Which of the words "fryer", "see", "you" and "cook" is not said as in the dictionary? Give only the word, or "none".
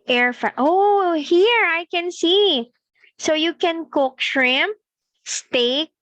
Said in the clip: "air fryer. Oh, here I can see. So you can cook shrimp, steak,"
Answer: fryer